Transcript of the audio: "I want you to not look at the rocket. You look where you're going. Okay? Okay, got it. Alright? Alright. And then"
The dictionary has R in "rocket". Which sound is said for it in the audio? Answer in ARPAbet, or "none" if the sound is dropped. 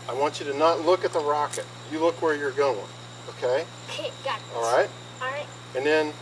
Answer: R